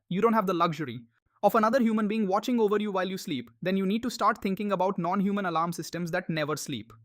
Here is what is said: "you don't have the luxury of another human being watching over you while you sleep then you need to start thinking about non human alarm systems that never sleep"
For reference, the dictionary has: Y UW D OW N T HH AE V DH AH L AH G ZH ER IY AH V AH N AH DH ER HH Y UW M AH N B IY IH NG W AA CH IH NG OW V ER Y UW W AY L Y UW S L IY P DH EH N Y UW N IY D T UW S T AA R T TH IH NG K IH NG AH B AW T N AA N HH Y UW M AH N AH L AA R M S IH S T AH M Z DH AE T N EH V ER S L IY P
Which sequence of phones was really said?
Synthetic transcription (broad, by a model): Y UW D OW N T HH AE V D AH L AH G ZH ER IY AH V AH N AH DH ER HH Y UW M AH N B IY IH NG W AA CH IH NG OW V ER Y UW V AY L Y UW S L IY P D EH N Y UW N IY D T UW S T AA R T T IH NG K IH NG AH B AW T N AA N HH Y UW M AH N AH L AA R M S IH S T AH M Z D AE T N EH V ER S L IY P